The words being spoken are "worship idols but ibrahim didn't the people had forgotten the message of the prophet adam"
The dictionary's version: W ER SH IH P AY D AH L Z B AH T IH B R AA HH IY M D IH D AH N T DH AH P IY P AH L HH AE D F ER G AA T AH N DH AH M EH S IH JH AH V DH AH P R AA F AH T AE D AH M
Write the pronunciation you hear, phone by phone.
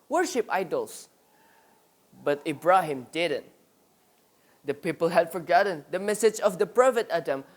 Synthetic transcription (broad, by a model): W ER SH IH P AY D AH L S B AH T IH B R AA HH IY M D IH D AH N T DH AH P IY P AH L HH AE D F ER G AA T AH N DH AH M EH S IH JH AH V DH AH P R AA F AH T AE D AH M